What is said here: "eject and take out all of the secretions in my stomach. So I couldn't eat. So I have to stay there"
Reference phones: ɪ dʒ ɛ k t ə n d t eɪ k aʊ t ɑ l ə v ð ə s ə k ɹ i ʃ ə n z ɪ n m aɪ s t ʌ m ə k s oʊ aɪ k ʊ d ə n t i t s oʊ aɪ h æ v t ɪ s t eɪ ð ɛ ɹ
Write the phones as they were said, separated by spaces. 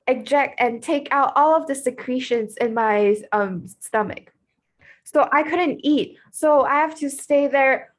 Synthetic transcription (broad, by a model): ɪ dʒ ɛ k t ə n t eɪ k aʊ t ɑ l ə v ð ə s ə k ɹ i ʃ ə n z ɪ n m aɪ s t ʌ m ə k s oʊ aɪ k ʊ d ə n t i t s oʊ aɪ h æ f t ɪ s t eɪ ð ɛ ɹ